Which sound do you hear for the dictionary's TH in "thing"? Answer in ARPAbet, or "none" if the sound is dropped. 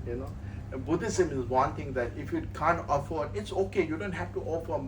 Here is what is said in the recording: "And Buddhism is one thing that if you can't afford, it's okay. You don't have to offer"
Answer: T